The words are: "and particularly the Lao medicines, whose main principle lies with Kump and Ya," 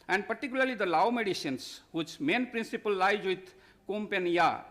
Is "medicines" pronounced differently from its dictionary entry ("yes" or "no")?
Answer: yes